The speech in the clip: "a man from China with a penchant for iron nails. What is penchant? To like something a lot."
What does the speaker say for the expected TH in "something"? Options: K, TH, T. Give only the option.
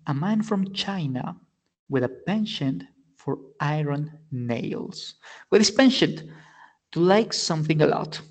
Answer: TH